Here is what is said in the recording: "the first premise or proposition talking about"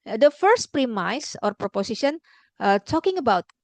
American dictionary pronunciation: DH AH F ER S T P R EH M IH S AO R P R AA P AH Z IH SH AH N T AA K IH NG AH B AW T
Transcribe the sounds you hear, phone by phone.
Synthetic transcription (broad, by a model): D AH F ER S T P R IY M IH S AO R P R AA P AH S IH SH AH N T AA K IH NG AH B AW T